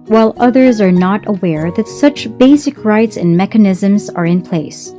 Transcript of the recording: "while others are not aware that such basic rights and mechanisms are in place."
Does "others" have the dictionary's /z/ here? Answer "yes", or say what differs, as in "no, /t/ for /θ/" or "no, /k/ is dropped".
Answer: yes